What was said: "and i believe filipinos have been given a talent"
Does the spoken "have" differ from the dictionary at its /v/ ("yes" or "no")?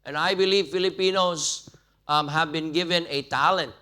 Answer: no